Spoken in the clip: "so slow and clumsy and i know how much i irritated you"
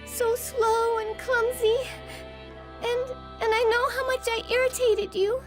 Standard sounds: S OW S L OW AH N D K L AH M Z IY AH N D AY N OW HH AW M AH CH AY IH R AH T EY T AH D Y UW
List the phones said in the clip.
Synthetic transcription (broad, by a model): S OW S L OW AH N K L AH M Z IY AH N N AY N OW HH AW M AH CH AY IH R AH T EY T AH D Y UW